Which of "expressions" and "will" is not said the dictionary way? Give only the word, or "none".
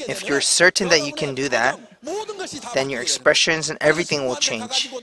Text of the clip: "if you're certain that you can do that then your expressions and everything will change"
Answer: none